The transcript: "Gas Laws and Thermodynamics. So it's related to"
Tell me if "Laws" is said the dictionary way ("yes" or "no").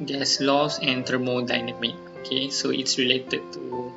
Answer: no